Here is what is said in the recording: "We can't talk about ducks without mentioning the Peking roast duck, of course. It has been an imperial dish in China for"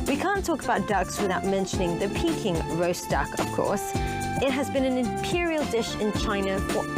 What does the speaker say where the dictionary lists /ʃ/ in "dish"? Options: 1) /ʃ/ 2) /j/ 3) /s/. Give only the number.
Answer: 1